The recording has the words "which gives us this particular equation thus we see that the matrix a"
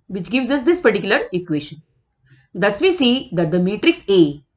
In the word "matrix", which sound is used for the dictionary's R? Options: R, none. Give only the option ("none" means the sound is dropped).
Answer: R